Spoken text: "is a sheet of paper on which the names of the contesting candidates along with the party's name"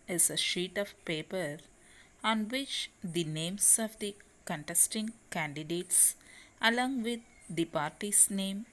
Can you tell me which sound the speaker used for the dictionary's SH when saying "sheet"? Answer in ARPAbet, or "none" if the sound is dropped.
SH